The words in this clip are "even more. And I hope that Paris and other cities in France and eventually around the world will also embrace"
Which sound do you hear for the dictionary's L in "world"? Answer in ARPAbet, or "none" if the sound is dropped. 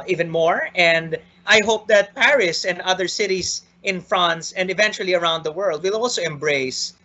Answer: L